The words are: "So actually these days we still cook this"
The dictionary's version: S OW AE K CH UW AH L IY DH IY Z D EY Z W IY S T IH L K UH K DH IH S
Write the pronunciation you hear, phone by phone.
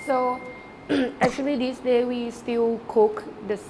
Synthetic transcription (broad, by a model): S OW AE K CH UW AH L IY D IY S D EY W IY S T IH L K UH K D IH S